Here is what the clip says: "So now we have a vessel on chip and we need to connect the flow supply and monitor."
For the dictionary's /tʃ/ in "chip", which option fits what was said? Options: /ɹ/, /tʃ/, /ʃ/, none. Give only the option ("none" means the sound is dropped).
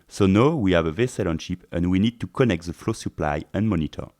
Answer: /ʃ/